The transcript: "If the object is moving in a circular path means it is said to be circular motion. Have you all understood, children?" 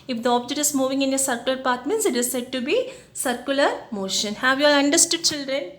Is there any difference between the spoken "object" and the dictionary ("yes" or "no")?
yes